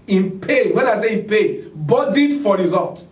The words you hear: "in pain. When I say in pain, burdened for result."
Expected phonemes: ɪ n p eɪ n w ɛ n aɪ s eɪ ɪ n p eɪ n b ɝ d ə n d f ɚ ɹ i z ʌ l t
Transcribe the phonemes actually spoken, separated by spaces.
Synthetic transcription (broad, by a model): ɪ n p eɪ w ɛ n aɪ s eɪ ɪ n p eɪ b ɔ d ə d f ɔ ɹ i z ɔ l t